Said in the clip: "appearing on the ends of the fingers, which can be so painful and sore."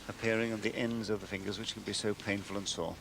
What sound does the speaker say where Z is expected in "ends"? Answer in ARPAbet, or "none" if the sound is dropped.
Z